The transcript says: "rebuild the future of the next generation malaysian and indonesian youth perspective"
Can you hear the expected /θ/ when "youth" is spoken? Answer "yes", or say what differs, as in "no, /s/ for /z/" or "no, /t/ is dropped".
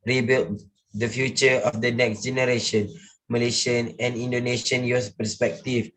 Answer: no, /s/ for /θ/